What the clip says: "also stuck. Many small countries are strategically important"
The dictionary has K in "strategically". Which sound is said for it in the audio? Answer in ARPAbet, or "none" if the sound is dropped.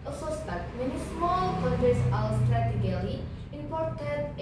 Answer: none